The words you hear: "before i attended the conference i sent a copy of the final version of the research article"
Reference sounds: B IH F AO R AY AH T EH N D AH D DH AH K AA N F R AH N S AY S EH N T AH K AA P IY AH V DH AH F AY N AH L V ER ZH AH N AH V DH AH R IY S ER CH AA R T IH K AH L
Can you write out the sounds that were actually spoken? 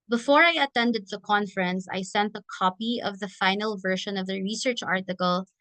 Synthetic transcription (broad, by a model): B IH F AO R AY AH T EH N D AH D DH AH K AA N F R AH N S AY S EH N T AH K AA P IY AH V DH AH F AY N AH L V ER SH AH N AH V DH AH R IY S ER CH AA R T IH K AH L